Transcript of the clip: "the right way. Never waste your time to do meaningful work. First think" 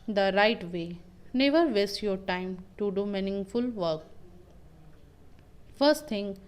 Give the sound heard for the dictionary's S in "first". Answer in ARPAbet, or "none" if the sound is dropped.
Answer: S